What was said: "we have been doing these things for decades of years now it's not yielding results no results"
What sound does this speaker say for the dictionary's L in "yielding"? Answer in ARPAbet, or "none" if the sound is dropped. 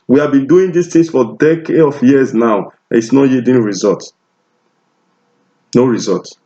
none